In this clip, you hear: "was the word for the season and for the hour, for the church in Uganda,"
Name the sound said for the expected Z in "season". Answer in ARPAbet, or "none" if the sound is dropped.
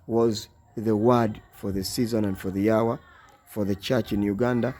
Z